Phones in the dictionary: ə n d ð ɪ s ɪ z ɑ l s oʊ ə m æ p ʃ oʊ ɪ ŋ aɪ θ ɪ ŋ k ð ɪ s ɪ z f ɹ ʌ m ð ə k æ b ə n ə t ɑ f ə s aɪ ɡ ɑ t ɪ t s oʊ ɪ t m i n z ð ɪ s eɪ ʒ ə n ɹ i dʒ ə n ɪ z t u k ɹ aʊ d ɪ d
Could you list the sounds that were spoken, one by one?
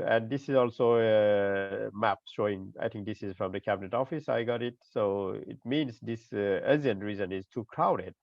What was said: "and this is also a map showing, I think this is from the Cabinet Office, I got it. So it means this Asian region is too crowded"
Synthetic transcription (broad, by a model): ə n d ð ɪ s ɪ z ɑ l s oʊ ə m æ p ʃ oʊ ɪ ŋ aɪ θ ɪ ŋ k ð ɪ s ɪ z f ɹ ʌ m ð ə k æ b ə n ə t ɑ f ə s aɪ ɡ ɑ t ɪ t s oʊ ɪ t m i n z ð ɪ s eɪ z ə n ɹ i z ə n ɪ z t u k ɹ aʊ d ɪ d